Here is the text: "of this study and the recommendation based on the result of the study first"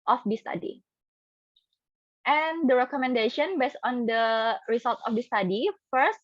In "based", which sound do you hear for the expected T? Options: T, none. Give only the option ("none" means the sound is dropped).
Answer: none